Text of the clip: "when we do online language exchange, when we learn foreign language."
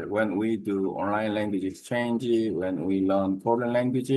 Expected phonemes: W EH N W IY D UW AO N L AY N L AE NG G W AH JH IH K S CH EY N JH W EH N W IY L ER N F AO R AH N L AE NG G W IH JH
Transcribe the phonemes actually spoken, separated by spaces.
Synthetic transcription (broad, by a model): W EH N W IY D UW AO N L AY N L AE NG G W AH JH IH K S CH EY N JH W EH N W IY L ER N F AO L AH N L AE NG G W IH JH